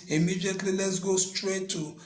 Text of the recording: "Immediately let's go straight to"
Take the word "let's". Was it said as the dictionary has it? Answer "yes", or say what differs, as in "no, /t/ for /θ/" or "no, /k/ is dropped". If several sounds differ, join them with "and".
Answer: yes